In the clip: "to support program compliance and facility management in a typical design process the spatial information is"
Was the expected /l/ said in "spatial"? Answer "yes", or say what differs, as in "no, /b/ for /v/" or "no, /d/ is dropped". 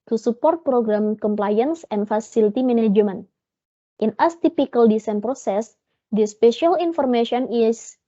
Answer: yes